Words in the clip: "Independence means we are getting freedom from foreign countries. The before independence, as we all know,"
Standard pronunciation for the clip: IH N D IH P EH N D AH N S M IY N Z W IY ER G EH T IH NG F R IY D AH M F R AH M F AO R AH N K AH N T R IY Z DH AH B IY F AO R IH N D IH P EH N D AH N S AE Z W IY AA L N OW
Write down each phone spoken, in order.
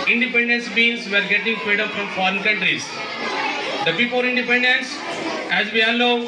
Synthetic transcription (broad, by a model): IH N D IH P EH N D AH N S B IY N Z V ER G EH T IH NG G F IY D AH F R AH M F AO R AH N K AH N T R IY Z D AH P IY P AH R IH N D IH P EH N D AH N S AE Z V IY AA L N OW